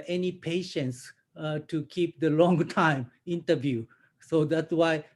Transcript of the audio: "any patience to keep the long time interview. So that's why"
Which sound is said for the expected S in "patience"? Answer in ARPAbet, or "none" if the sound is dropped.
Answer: S